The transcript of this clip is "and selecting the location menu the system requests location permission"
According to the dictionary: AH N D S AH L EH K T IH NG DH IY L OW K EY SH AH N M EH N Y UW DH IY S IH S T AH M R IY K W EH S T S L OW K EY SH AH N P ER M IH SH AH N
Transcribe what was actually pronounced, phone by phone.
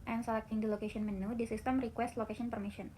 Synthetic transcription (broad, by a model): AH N S AH L EH K T IH NG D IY L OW K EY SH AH N M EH N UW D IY S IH S T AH M R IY K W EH S T L OW K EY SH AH N P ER M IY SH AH N